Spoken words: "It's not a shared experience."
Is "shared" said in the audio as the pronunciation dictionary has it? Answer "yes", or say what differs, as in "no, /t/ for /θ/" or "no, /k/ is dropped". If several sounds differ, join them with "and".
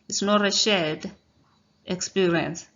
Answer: no, /l/ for /ɹ/